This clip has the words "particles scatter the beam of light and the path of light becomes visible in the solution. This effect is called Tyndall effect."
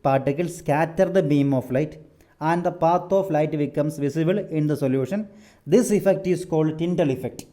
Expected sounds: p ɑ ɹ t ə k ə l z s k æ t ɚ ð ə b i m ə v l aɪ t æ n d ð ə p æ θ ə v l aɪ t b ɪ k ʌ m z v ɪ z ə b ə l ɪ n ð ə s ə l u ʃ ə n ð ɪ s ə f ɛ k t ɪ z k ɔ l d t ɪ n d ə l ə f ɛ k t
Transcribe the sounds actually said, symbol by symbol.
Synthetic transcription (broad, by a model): p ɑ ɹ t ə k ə l s k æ t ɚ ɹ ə b i m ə f l aɪ t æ n d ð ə p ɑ t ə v l aɪ t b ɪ k ʌ m s v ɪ s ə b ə l ɪ n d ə s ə l u ʃ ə n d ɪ s ə f ɛ k t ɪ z k ɔ l d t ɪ n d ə l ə f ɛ k t